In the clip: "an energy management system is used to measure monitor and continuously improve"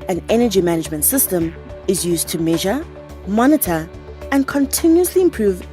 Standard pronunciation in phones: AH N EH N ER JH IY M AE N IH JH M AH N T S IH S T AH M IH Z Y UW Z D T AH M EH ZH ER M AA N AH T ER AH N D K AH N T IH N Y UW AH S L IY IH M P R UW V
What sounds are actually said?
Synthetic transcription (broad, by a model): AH N EH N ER JH IY M AE N IH JH M AH N T S IH S T AH M IH Z Y UW Z T AH M EH ZH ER M AA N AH T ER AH N K AH N T IH N Y UW AH S L IY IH M P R UW V